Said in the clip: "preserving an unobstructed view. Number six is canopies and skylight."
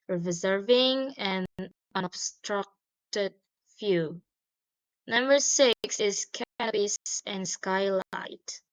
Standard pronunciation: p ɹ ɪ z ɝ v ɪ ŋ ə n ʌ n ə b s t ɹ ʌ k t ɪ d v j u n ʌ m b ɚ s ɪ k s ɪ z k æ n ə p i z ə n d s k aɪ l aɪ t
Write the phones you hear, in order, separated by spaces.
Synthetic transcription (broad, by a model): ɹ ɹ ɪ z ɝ v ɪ ŋ ə n ʌ n ə b s t ɹ ʌ k t ɪ d f j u n ʌ m b ɚ s ɪ k s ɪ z k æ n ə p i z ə n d s k aɪ l aɪ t